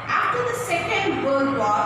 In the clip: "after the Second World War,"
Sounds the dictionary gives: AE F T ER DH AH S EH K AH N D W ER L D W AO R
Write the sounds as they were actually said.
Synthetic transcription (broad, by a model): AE F T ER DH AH S EH K AH N D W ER D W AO